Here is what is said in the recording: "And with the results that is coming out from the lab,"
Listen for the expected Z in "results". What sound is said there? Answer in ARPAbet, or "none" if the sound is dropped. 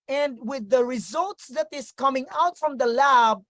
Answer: Z